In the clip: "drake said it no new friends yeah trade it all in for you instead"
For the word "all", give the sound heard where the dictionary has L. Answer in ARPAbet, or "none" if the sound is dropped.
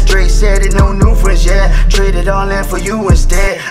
N